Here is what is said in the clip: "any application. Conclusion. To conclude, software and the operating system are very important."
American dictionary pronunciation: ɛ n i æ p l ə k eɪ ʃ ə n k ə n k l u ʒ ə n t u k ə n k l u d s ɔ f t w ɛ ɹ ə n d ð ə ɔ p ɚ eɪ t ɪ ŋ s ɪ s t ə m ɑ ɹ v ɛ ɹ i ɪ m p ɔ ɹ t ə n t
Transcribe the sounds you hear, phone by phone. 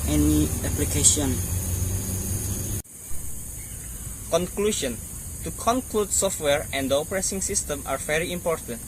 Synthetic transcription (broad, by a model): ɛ n i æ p l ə k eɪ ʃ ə n k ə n k l u ʃ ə n t u k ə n k l u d s ɔ f t w ɛ ɹ ə n d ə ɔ p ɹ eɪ s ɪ ŋ s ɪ s t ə m ɑ ɹ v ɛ ɹ i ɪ m p ɔ ɹ t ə n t